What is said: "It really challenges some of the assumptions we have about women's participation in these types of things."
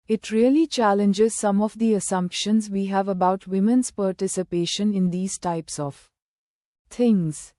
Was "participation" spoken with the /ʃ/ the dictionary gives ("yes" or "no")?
yes